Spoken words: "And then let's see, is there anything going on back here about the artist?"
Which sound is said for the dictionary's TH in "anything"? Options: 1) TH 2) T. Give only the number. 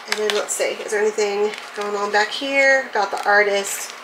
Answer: 1